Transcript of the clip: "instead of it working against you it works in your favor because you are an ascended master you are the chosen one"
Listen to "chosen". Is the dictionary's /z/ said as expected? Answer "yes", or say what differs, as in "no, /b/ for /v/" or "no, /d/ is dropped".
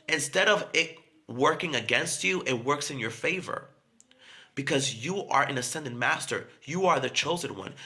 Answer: yes